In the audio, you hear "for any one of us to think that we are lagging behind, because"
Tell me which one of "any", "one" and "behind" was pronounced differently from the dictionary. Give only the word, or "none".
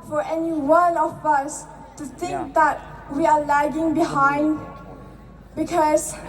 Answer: one